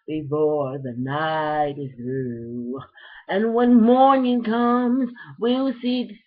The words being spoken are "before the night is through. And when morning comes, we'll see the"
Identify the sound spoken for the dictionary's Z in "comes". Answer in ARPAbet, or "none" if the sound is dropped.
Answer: Z